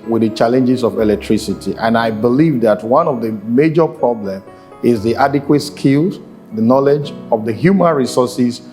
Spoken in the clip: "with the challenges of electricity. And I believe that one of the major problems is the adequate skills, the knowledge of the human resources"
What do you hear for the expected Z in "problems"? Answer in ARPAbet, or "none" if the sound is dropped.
none